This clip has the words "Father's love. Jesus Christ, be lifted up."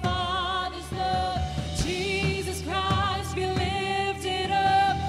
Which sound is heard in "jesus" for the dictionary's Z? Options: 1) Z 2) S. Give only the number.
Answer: 1